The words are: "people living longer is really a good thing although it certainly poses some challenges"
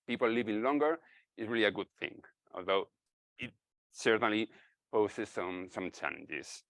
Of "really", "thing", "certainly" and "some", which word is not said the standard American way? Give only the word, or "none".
none